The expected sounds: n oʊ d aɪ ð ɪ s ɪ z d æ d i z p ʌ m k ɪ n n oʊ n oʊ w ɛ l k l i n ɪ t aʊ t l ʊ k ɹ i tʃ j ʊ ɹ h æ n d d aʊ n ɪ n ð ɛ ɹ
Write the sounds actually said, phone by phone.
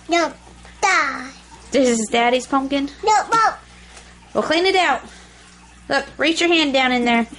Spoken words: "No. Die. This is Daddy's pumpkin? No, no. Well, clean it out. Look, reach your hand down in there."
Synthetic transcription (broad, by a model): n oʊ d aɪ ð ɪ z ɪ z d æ d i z p ʌ m k ɪ n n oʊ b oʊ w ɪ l k l i n ɪ t aʊ t l ʊ k ɹ i tʃ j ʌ ɹ h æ n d d aʊ n ɪ n ð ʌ ɹ